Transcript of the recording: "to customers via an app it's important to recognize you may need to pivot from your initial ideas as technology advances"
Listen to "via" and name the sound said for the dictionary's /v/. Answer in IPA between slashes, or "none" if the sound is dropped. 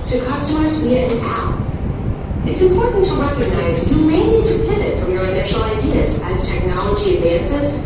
/w/